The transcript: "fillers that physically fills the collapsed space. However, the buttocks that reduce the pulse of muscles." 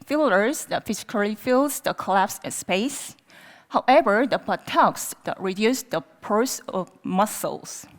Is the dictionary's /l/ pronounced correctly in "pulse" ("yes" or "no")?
no